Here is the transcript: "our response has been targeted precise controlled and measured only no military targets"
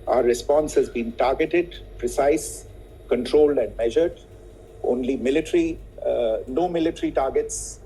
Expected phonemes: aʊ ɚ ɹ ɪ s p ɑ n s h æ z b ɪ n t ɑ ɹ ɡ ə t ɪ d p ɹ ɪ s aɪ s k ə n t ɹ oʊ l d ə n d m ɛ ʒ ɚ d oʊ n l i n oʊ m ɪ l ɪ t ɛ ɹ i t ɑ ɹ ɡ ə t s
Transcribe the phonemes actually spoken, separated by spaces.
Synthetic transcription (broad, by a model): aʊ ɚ ɹ ɪ s p ɑ n s h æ z b ɪ n t ɑ ɹ ɡ ə t ɪ d p ɹ ɪ s aɪ s k ə n t ɹ oʊ l d ə n d m ɛ ʒ ɚ d oʊ n l i n oʊ m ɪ l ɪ t ɹ i t ɑ ɹ ɡ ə t s